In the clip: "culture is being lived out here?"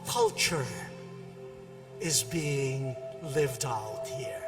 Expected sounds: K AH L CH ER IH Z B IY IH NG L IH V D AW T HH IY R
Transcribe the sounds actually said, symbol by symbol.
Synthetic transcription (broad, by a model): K AH L CH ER IH Z B IY IH NG L IH V D AW T HH IY R